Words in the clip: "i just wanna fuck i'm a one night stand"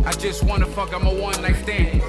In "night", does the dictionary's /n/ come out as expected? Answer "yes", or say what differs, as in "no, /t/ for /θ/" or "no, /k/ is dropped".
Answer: no, /l/ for /n/